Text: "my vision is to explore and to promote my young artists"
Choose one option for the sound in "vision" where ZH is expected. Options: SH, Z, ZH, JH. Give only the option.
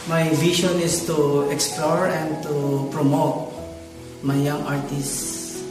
SH